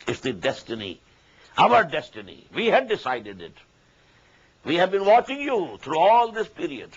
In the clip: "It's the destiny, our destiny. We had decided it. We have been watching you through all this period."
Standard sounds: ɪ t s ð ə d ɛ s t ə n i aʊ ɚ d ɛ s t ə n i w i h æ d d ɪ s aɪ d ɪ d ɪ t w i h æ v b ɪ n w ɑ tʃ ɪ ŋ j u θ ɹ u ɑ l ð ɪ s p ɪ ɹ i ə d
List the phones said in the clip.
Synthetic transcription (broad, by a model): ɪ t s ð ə d ɛ s t ə n i aʊ ɚ d ɛ s t ə n i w i h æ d d ɪ s aɪ d ɪ d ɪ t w i h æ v b ɪ n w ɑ tʃ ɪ ŋ j u t ɹ u ɑ l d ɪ s p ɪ ɹ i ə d